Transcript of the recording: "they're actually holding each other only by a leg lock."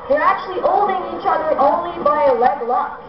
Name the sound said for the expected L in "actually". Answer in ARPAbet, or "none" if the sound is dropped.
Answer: L